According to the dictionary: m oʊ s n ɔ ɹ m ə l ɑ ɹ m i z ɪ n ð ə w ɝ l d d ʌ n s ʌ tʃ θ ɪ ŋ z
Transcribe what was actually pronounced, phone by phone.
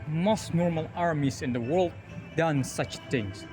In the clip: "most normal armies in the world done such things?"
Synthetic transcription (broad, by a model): m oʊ s n ɔ ɹ m ə l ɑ ɹ m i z ɪ n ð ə w ɝ l d d ʌ n s ʌ tʃ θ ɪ ŋ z